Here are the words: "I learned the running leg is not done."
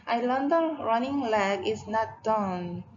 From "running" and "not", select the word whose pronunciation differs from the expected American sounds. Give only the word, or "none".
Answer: none